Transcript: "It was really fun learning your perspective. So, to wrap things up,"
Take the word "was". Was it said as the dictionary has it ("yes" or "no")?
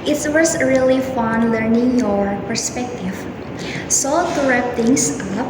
no